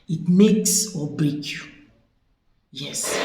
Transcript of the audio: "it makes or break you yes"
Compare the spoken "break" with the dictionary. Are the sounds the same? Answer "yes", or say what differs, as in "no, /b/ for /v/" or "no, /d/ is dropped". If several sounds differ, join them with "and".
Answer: no, /ɹ/ is dropped